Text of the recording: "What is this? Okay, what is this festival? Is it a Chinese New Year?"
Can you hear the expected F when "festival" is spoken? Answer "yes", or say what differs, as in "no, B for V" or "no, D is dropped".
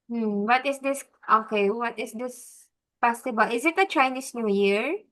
no, P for F